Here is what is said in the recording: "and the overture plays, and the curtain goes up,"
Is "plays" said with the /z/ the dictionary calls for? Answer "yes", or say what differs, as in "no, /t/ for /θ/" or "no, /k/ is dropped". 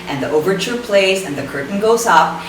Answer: yes